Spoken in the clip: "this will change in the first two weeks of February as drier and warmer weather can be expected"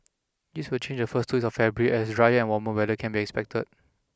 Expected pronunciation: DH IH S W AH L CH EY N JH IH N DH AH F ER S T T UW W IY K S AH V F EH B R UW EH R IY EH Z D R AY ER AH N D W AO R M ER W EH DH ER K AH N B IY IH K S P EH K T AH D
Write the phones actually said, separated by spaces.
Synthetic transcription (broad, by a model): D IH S W AH L CH EY N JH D AH F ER S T T UW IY S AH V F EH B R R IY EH S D R AY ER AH N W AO M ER W EH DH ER K AH N B IY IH K S P EH K T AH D